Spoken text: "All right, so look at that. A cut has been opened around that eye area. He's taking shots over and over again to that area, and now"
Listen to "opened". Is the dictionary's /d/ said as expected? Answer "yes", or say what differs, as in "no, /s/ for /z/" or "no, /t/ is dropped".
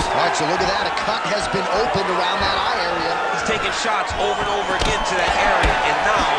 yes